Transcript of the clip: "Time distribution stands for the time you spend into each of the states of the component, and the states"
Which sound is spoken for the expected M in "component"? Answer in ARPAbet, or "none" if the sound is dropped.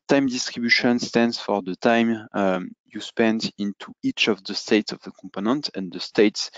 M